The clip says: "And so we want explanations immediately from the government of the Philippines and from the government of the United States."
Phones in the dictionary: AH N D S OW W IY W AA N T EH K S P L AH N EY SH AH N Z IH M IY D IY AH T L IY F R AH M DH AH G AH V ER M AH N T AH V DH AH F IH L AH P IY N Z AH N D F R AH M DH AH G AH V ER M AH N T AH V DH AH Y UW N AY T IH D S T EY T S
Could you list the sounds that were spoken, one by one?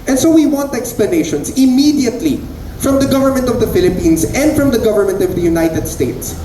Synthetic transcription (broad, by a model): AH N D S OW W IY W AA N T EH K S P L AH N EY SH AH N S IH M IY D IY AH T L IY F R AH M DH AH G AH V ER M AH N T AH V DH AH F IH L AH P IY N S AH N D F R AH M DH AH G AH V ER M AH N T AH V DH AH Y UW N AY T IH D S T EY T S